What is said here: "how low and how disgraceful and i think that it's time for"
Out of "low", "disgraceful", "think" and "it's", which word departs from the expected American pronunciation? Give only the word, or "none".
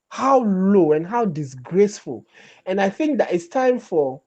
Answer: none